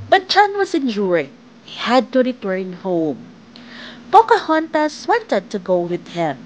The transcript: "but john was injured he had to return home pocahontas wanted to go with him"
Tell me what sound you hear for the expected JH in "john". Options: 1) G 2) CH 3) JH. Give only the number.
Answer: 2